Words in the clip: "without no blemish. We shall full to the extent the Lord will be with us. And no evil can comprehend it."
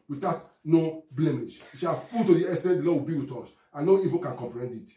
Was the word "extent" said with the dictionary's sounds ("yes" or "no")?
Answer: no